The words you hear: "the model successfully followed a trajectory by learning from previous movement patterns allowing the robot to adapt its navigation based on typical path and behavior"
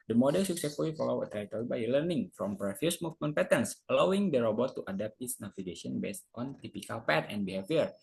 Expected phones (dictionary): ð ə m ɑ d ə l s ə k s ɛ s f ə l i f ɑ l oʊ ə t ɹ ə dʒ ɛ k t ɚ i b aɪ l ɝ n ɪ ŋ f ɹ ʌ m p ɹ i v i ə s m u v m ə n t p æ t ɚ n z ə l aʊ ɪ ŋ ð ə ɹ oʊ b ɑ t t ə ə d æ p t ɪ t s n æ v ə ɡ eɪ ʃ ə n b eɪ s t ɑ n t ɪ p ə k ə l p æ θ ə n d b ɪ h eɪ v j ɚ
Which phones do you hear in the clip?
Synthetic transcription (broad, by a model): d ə m ɑ d ə l s ə k s ɛ s f ə l i f ɑ l oʊ ə t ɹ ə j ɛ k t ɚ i b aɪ l ɝ n ɪ ŋ f ɹ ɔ m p ɹ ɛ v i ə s m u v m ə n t p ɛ t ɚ n s ə l aʊ ɪ ŋ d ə ɹ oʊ b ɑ t t ə d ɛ p t ɪ t s n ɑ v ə ɡ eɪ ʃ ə n b eɪ s t ɑ n t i p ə k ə l p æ t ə n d b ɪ h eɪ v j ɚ